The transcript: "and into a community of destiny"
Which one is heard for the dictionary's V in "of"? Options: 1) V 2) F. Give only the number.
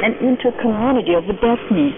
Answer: 1